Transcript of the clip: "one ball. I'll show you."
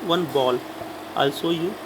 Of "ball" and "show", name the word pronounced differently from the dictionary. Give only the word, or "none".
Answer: show